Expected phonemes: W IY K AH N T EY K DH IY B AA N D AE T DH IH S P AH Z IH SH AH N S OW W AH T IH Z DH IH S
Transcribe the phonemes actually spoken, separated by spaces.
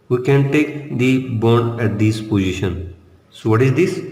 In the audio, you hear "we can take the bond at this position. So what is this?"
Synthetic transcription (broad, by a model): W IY K AH N T EY K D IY B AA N AE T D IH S P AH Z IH SH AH N S OW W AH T IH Z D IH S